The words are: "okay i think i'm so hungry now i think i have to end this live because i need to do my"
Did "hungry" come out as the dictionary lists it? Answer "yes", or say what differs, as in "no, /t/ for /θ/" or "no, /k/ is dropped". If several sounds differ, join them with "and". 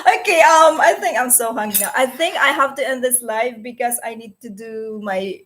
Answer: no, /ɹ/ is dropped